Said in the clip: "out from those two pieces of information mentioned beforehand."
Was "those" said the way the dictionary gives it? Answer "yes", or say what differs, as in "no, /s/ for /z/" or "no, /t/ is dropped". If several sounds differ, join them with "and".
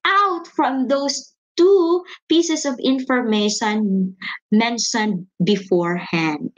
no, /s/ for /z/